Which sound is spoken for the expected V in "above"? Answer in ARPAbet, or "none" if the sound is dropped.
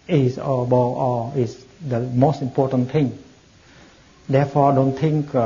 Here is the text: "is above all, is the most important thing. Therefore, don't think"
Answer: none